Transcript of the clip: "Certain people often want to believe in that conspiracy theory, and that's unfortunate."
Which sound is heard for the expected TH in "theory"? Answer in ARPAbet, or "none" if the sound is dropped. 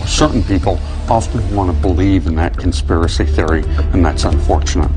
TH